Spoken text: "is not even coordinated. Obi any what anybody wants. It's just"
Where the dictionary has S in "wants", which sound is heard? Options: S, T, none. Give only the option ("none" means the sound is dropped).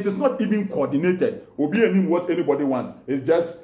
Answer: S